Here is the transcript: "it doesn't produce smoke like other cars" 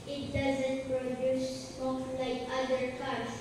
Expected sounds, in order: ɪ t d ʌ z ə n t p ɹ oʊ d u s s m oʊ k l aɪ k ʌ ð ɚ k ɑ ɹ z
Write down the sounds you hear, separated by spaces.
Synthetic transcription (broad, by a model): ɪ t d ʌ z ə n t p ɹ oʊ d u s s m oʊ l aɪ k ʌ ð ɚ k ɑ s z